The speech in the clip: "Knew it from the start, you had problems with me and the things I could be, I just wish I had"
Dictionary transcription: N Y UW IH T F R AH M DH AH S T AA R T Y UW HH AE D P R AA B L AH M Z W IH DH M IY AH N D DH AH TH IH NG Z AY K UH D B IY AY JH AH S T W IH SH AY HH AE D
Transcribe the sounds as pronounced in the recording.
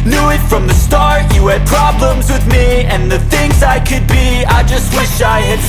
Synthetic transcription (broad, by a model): N Y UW IH T F R AH M DH AH S T AA R T Y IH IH D P R AA B L AH M Z W IH DH M IY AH N DH AH TH IH NG Z AY K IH D B IY AY JH AH S T W IH SH AY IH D